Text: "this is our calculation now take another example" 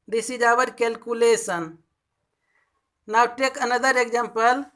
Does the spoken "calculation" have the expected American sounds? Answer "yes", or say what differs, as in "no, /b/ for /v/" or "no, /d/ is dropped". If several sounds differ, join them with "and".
no, /s/ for /ʃ/